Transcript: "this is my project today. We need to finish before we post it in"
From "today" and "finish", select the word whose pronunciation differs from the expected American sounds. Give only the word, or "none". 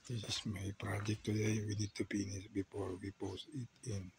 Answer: finish